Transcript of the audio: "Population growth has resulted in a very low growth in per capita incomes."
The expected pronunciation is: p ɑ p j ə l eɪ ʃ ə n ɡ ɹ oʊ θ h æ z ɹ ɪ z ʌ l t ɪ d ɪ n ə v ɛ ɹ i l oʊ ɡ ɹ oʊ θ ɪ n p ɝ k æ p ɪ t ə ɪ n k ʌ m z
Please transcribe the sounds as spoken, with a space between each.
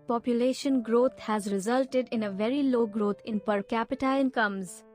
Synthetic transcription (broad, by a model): p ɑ p j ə l eɪ ʃ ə n ɡ ɹ oʊ t h æ z ɹ ɪ z ʌ l t ɪ d ɪ n ə v ɛ ɹ i l oʊ ɡ ɹ oʊ t ɪ n p ɝ k æ p ɪ t ə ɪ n k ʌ m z